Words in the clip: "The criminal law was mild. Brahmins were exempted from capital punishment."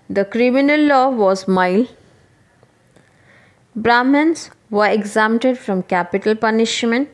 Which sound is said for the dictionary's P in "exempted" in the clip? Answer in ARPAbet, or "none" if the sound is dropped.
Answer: none